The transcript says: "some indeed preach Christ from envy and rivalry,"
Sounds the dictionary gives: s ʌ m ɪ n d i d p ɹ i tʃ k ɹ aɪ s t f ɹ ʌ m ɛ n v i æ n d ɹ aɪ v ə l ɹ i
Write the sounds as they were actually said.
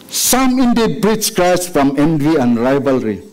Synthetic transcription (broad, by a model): s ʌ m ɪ n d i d b ɹ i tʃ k ɹ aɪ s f ɹ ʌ m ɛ n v i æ n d ɹ aɪ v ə l ɹ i